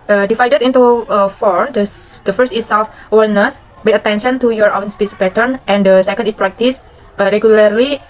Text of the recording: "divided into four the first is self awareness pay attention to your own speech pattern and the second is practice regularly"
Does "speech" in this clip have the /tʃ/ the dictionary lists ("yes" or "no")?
no